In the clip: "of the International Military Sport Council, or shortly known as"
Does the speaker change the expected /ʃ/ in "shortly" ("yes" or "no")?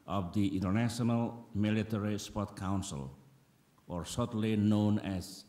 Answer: yes